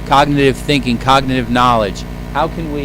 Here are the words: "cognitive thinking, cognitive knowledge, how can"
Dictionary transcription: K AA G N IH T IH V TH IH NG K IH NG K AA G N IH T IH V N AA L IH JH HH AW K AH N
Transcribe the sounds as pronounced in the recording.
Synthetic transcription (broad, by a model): K AA G N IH T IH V TH IH NG K IH NG K AA G N IH T IH V N AA L IH JH HH AW K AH N